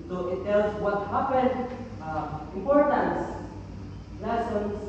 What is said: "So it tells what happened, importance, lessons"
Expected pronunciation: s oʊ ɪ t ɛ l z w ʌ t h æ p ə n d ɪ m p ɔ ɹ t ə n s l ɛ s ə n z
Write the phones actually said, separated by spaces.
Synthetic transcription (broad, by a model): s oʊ ɪ t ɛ l s w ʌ t h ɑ p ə n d ɪ m p ɔ ɹ t ə n s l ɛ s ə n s